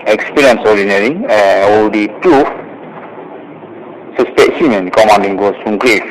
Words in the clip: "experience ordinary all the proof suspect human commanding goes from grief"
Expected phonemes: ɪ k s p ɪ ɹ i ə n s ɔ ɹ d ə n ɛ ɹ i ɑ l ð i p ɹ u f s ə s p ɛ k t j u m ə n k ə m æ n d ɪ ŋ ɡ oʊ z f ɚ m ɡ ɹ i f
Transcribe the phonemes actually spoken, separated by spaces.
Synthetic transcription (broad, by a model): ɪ k s p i ɹ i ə n s ɔ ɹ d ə n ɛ ɹ i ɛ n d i p ɹ u f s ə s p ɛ t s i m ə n k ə m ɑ n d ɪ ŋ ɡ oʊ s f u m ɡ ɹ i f